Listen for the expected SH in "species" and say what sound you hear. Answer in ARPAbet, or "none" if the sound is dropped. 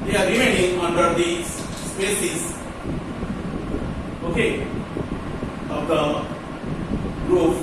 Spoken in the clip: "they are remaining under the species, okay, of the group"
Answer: S